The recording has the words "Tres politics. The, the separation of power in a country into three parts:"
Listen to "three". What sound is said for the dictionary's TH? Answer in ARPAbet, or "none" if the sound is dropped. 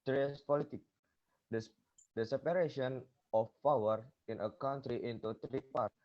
T